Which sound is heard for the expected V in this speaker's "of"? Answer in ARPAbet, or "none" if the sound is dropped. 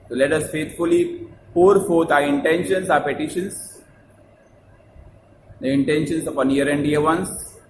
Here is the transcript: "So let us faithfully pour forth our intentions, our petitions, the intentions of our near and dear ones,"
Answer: P